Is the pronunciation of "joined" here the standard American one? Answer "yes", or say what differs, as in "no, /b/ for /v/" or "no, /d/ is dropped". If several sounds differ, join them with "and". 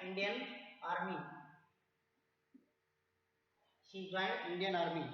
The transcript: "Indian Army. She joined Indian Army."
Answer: no, /d/ is dropped